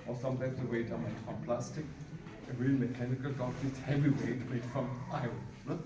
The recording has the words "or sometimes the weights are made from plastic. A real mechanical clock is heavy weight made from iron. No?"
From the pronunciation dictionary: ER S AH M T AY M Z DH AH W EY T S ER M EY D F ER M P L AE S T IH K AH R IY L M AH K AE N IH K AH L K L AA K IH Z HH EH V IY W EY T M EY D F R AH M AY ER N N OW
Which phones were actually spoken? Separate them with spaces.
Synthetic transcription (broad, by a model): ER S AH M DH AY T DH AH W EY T ER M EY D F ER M P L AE S T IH K AH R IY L M AH K AE N IH K AH L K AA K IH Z HH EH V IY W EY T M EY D F R AH M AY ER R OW